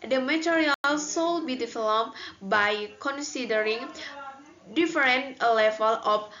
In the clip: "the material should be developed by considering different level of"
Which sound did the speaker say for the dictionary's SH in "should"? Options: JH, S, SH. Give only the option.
S